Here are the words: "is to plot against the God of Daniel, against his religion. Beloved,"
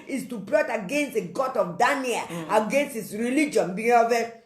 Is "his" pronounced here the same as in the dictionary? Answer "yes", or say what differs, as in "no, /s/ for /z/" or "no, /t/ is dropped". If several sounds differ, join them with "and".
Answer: no, /s/ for /z/